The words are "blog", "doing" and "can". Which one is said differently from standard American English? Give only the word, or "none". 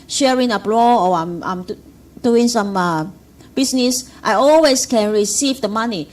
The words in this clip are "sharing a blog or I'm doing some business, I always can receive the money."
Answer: blog